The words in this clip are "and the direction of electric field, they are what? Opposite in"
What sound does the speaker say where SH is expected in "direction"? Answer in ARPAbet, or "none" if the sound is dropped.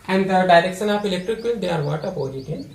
S